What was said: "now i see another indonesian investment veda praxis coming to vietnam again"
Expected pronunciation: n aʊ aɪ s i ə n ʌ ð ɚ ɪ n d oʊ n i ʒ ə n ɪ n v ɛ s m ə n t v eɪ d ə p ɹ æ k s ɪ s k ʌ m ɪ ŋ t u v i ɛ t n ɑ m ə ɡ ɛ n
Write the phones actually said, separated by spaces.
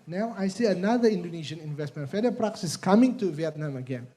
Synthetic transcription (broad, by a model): n aʊ aɪ s i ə n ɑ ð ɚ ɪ n d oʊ n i ʃ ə n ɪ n v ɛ s m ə n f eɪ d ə p ɹ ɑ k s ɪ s k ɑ m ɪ ŋ t u v i ɛ t n ɑ m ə ɡ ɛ n